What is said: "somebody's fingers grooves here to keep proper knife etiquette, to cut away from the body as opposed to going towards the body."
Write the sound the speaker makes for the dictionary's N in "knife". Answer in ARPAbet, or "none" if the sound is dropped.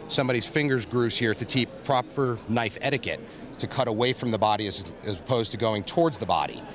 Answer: N